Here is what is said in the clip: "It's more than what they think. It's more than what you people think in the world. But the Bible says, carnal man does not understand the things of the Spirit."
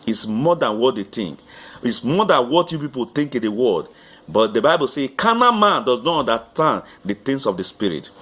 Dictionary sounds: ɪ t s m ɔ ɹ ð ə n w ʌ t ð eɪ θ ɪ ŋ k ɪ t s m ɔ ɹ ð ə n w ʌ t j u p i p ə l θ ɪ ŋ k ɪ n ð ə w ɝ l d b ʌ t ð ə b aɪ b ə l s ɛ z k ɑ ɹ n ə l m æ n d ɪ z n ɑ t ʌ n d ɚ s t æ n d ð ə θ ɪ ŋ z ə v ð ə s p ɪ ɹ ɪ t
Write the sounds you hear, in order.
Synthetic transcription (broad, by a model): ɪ t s m ɔ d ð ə n w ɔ t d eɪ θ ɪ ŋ k ɪ t s m ɔ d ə n w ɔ t j u p i p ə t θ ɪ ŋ k ɪ n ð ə w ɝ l d b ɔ t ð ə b aɪ b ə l s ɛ k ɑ n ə m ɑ n d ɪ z n ɑ t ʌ n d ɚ t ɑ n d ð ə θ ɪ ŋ s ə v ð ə s p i ɹ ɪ t